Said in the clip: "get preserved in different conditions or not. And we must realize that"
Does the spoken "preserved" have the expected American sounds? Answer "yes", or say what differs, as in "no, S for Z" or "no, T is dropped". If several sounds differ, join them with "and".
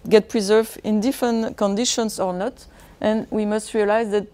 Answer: no, D is dropped